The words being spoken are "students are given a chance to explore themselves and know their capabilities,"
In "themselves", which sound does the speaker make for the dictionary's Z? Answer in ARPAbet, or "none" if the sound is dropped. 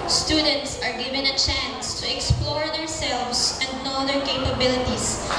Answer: S